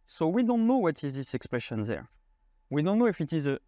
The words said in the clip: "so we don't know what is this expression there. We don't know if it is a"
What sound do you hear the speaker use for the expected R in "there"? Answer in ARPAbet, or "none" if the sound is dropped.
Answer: R